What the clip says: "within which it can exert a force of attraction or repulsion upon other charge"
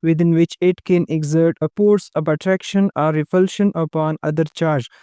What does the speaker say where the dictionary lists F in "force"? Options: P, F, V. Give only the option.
P